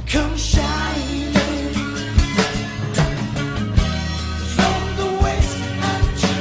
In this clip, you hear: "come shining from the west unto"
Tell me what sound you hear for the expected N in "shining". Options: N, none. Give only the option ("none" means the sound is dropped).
none